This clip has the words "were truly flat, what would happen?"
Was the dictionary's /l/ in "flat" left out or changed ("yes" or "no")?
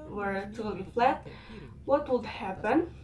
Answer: no